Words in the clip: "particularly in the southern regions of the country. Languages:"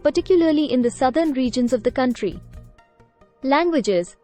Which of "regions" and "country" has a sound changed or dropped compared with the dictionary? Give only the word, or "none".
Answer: none